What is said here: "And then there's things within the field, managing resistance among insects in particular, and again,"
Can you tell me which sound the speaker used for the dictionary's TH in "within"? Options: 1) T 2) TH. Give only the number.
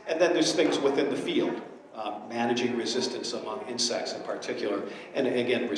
2